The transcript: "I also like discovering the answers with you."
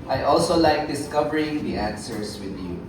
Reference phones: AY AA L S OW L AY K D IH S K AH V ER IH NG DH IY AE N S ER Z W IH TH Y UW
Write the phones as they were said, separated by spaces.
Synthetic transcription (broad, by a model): AY AA L S OW L AY K D IH S K AH V ER IH NG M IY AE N S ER S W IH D Y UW